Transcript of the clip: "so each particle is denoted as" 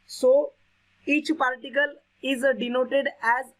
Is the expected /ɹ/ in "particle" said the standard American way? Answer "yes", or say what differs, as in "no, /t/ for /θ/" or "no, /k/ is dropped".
no, /l/ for /ɹ/